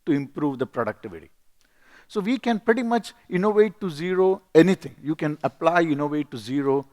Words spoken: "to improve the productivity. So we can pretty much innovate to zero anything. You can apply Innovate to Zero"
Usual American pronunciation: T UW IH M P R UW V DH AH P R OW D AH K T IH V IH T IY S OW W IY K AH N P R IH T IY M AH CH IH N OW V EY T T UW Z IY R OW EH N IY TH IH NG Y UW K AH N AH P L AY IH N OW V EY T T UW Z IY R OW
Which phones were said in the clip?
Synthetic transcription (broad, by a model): T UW IH M P R UW V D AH P R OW D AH K T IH V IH T IY S OW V IY K AH N P R IH T IY M AH CH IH N OW V EY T T UW Z IY R OW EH N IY T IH NG Y UW K AH N AH P L AY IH N OW V EY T T UW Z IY R OW